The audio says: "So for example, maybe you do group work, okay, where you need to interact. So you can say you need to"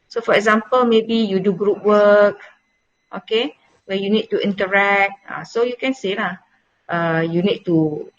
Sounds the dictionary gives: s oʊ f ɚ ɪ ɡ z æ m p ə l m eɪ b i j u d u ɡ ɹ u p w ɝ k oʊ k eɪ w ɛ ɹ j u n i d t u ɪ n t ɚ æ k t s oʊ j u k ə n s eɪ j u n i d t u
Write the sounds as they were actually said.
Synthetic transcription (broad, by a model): s oʊ f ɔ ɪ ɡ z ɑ m p ə l m eɪ b i j u d u ɡ ɹ u p w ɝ k oʊ k eɪ w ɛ j u n i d t u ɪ n t ɚ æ k t s oʊ j u k ə n s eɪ j u n i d t u